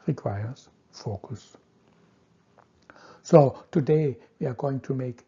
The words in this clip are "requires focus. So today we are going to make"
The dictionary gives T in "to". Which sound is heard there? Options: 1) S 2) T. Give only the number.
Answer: 2